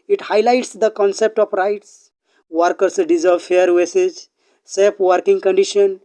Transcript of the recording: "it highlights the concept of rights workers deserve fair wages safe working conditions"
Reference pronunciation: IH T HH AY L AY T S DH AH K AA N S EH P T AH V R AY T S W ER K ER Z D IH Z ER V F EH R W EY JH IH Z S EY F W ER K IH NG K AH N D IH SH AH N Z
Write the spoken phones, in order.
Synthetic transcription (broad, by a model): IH T HH AY L AY T S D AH K AA N S EH P T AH P R AY T S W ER K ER S D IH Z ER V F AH R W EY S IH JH S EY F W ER K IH NG K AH N D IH SH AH N